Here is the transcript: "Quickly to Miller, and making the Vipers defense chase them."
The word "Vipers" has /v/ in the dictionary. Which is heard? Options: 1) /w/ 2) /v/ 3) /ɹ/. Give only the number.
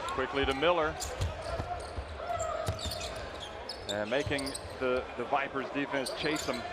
2